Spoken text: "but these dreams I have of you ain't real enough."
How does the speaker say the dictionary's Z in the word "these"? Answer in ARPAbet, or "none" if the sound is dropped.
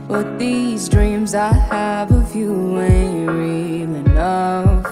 Z